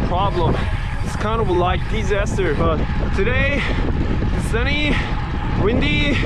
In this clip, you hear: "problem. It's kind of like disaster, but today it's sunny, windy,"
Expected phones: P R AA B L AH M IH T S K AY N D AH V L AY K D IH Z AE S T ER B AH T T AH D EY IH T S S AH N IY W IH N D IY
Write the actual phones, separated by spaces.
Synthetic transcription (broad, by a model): P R AA B L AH M IH T S K AY N D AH W L AY K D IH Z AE S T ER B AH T T AH D EY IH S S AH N IY W IH N D IY